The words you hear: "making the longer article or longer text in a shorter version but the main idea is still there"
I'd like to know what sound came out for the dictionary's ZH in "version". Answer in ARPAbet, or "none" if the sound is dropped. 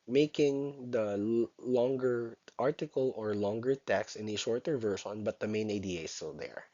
SH